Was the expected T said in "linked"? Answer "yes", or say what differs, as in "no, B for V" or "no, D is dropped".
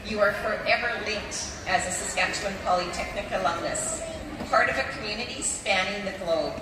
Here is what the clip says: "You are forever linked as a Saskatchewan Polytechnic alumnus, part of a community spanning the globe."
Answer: yes